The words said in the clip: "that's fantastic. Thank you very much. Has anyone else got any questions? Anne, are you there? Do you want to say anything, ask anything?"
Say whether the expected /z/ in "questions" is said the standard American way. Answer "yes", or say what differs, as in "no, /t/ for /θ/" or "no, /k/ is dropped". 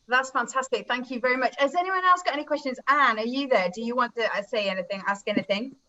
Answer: yes